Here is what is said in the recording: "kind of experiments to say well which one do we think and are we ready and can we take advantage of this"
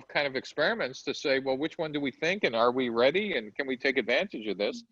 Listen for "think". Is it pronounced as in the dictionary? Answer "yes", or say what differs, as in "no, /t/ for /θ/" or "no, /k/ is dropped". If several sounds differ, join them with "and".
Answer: yes